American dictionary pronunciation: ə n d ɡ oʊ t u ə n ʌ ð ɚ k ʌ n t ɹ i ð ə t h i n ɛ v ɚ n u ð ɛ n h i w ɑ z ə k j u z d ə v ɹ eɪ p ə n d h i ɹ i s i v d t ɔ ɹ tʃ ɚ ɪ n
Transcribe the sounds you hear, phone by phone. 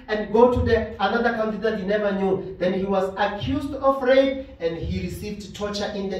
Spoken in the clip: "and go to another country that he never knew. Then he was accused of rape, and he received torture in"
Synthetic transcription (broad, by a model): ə n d ɡ oʊ t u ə n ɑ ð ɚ k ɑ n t i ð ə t h i n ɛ v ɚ n u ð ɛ n h i w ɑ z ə k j u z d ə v ɹ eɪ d ə n d h i ɹ i s i v d t ɔ tʃ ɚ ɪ n